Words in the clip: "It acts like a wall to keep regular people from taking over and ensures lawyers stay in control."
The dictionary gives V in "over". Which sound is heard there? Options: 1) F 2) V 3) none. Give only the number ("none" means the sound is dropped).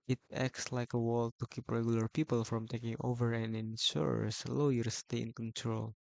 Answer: 2